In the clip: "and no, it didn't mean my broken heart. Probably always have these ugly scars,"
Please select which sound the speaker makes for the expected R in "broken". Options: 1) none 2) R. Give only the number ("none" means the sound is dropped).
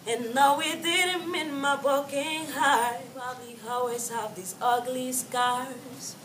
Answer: 1